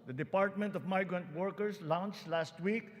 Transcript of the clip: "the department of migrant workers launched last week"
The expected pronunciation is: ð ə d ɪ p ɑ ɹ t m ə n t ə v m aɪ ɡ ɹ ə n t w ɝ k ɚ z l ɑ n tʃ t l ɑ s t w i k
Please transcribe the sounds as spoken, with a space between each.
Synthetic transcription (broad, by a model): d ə d ɪ p ɑ ɹ t m ə n t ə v m aɪ ɡ ɹ ə n t w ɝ k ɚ s l ɑ n tʃ t l ɑ s t w i k